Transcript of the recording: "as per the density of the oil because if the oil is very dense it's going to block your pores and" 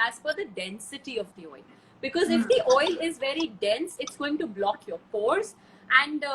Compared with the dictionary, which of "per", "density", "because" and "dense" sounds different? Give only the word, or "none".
per